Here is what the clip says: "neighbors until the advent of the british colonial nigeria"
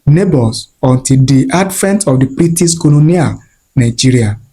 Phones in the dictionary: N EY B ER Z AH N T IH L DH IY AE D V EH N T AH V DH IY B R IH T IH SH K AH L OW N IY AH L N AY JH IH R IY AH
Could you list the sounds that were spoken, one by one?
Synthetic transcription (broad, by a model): N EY B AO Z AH N T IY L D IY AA D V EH N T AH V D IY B R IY T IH S K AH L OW N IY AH N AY JH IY R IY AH